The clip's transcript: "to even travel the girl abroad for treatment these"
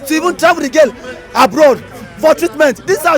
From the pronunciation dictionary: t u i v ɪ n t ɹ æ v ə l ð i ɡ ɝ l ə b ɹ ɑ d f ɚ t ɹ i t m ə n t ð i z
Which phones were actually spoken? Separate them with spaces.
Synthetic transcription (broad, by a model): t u i v ɪ n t ɹ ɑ ə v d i ɡ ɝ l ə b ɹ ɑ d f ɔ t ɹ i t m ə n t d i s